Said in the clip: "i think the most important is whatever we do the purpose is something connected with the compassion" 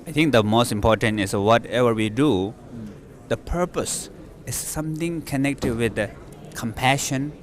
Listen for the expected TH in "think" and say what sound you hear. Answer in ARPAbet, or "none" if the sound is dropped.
T